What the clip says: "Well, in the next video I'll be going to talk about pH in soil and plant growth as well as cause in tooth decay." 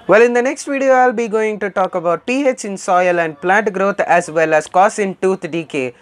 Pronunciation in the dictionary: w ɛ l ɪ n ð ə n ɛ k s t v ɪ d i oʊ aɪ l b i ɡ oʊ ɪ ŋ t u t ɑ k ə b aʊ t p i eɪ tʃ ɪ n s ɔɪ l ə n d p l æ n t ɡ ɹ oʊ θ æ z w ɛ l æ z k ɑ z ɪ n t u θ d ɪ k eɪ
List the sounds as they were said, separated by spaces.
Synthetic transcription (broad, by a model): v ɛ l ɪ n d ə n ɛ k s t v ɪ d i oʊ aɪ l b i ɡ oʊ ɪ ŋ t u t ɑ k ə b aʊ t p i eɪ tʃ ɪ n s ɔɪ l ə n d p l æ n t ɡ ɹ oʊ t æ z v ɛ l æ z k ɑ s ɪ n t u t d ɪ k eɪ